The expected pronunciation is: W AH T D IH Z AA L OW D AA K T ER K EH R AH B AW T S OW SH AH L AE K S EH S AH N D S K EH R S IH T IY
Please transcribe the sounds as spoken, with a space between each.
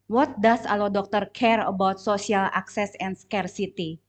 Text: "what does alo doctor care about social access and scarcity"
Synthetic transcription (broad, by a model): W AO T D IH S AA L OW D AA K T ER K EH R AH B AW T S OW S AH L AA K S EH S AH N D S K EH R S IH T IY